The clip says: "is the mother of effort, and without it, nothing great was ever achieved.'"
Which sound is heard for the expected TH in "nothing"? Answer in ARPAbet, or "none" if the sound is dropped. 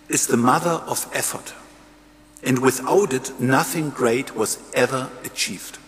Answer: TH